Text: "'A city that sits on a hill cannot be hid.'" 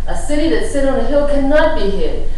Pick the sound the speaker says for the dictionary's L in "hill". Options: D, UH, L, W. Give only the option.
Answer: W